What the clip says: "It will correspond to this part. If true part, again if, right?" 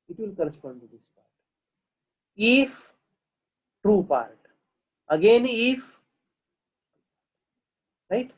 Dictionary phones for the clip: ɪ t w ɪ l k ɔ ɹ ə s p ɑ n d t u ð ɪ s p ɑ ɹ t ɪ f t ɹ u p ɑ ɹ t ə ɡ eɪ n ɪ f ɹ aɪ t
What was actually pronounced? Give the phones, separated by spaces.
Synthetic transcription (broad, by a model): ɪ t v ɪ l k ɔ ɹ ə s p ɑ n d t u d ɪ s p ɑ ɹ t ɪ f t ɹ u p ɑ ɹ t ə ɡ eɪ n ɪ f ɹ aɪ t